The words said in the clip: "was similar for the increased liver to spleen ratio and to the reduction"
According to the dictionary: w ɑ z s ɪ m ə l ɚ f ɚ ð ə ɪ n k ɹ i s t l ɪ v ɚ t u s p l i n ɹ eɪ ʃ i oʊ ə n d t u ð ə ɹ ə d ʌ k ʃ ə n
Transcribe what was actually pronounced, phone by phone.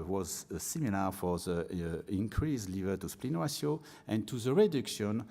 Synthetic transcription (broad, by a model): w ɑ z s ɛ m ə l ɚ f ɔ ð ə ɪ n k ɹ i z l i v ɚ t u s p l i n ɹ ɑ s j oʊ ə n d t u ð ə ɹ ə d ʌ k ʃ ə n